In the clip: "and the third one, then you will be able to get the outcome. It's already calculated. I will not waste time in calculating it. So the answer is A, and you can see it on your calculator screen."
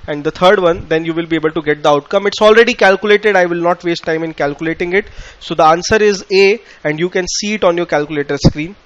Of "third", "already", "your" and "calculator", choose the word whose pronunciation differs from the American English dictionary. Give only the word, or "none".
third